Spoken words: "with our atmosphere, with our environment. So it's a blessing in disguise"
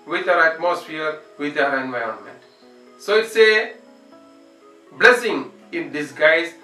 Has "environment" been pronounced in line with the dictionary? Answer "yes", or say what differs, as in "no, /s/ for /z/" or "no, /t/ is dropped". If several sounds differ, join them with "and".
yes